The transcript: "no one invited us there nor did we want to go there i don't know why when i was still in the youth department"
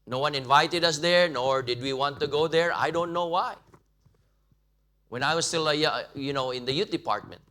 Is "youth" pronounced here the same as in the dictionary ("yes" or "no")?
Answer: no